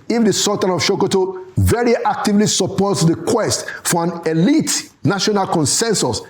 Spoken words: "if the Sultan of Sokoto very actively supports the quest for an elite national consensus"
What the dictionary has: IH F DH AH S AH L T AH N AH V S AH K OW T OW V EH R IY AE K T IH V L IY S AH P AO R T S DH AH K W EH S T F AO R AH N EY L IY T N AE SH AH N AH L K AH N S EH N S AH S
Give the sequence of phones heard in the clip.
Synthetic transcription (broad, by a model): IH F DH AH S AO T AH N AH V SH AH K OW T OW V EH R IY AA K T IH V L IY S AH P AO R T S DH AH K W EH S T F AO R AH N EY L IY T N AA SH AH N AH L K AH N S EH N S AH S